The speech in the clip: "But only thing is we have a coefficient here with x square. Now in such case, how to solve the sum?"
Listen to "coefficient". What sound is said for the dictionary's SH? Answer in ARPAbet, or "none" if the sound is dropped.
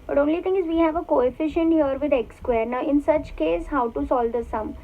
SH